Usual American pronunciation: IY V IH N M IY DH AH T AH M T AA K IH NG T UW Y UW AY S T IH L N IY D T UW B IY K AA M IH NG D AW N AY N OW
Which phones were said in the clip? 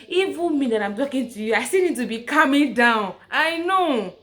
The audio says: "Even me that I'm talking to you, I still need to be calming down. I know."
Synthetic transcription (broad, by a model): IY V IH M IY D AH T AH M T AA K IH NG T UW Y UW AY S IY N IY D T UW B IY K AA M IH NG D AW N AY N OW